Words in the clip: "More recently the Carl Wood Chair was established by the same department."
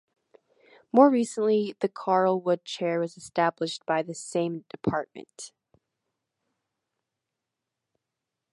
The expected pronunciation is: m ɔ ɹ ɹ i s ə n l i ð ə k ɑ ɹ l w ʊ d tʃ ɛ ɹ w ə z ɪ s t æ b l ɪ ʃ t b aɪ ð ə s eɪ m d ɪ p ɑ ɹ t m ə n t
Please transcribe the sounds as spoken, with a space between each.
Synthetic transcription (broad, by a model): m ɔ ɹ ɹ i s ə n l i ð ə k ɑ ɹ l w ʊ d tʃ ɛ ɹ w ə z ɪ s t æ b l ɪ ʃ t b aɪ ð ə s eɪ m d ɪ p ɑ ɹ t m ə n t